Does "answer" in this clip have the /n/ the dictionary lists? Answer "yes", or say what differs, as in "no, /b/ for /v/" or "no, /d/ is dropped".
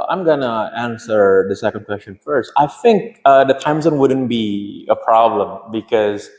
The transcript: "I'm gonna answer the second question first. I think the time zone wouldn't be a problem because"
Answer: yes